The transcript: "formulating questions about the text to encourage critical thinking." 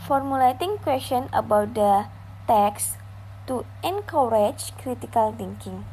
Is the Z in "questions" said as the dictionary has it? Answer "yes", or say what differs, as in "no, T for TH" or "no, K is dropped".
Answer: no, Z is dropped